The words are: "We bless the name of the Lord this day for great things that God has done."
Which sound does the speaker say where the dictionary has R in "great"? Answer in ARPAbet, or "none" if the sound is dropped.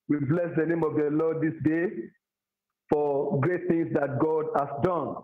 R